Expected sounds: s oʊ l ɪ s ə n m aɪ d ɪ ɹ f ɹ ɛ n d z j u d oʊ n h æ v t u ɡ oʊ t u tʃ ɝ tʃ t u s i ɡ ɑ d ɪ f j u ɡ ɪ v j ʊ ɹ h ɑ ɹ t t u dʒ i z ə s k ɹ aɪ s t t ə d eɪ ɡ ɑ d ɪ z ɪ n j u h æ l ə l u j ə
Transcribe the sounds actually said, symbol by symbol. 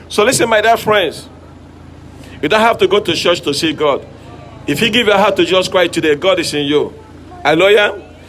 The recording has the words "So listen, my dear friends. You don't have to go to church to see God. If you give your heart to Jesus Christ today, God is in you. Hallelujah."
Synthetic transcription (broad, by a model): s oʊ l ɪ s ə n m aɪ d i f ɹ ɛ n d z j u d oʊ n h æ f t u ɡ oʊ t u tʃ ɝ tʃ t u s i ɡ ɑ d ɪ f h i ɡ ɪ v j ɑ h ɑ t t u dʒ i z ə s k ɹ aɪ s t t ə d eɪ ɡ ɑ d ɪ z ɪ n j u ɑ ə l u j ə